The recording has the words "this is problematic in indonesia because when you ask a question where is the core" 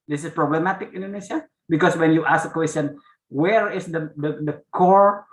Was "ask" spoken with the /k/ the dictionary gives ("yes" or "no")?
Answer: no